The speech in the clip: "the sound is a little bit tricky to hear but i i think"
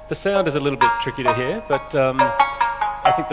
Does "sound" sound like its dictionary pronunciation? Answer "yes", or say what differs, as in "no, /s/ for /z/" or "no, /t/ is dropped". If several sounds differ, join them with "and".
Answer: yes